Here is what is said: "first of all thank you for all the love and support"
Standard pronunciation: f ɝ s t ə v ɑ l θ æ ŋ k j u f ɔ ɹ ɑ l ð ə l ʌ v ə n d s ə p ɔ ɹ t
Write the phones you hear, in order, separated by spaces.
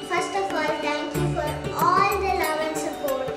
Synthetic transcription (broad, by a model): f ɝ s t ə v ɑ l t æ ŋ k j u f ɔ ɹ ɑ l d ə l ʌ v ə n s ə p ɔ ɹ t